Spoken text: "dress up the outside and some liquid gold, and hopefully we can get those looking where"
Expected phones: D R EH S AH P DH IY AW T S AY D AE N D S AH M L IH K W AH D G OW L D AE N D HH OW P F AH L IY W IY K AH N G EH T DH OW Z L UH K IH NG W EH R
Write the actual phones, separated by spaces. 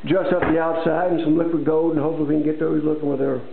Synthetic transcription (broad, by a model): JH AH S AH P DH IY AW T S AY D N S AH M L IH K W AH D G OW D N HH OW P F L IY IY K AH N G EH T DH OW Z L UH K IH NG W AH R